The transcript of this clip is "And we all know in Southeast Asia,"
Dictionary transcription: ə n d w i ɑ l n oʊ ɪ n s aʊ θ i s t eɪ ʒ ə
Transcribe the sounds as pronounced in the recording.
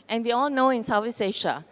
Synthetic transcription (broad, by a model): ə n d w i ɑ l n oʊ ɪ n s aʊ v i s eɪ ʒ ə